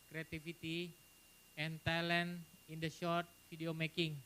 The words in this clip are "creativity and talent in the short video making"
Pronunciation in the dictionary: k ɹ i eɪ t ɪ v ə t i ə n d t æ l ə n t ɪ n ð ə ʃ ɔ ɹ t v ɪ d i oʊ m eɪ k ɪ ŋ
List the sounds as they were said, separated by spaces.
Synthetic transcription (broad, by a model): k ɹ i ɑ t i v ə t i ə n t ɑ l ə n ɪ n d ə ʃ ɔ ɹ t f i d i oʊ m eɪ k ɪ ŋ